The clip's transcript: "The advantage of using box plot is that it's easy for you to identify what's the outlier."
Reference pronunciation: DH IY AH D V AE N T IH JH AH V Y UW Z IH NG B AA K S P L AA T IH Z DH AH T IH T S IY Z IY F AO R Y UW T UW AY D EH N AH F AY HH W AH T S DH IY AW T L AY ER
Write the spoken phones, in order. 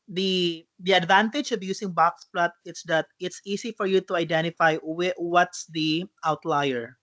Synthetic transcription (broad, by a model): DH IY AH D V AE N T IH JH AH V Y UW S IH NG B AA K S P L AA T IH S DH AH T IH T S IY S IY F AO R Y UW T UW AY D EH N AH F AY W W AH T S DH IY AW T L AY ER